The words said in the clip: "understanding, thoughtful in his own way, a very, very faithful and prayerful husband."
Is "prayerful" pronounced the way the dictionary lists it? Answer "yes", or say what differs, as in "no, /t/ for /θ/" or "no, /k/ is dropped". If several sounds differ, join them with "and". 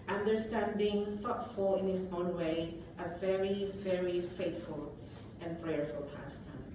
yes